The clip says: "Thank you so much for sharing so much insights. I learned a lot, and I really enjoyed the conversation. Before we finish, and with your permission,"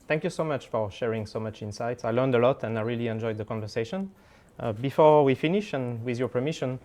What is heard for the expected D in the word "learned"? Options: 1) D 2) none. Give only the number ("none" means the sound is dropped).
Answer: 1